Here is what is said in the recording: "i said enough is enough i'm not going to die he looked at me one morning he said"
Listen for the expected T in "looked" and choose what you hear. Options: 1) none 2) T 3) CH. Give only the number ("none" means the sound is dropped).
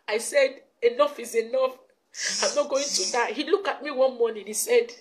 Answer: 1